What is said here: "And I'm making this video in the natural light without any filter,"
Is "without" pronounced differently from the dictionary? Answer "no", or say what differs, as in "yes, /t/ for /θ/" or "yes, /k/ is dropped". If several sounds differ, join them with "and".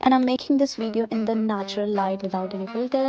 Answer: yes, /t/ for /θ/